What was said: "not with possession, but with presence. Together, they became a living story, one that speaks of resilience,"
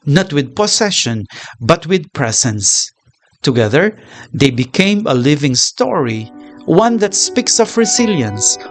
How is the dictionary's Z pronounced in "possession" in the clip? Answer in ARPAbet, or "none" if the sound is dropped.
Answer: S